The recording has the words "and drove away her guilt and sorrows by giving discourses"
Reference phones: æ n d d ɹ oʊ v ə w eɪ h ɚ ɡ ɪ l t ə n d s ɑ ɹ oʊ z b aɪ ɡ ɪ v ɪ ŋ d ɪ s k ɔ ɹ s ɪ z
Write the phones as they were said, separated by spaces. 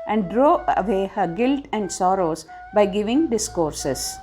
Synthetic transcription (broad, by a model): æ n d d ɹ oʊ ə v eɪ h ɚ ɡ ɪ l t ə n d s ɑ ɹ oʊ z b aɪ ɡ ɪ v ɪ ŋ d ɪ s k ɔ ɹ s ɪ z